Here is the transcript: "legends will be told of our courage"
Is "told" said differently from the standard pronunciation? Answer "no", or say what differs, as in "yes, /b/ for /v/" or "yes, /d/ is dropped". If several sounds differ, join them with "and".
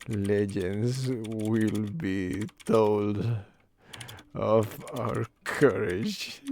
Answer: no